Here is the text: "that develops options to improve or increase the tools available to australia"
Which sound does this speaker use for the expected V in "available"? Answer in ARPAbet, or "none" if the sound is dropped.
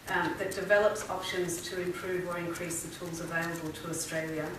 V